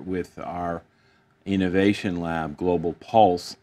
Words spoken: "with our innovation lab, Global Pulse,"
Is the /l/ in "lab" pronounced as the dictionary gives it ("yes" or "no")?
yes